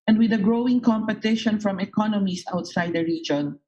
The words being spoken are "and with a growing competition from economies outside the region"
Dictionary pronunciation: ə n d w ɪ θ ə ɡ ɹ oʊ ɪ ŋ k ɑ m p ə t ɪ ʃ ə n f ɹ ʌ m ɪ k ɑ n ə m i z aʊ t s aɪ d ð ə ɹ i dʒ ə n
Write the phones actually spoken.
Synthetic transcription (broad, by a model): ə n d w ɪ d ə ɡ ɹ oʊ ɪ ŋ k ɑ m p ə t ɪ ʃ ə n f ɹ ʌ m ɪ k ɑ n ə m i s aʊ t s aɪ d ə ɹ i dʒ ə n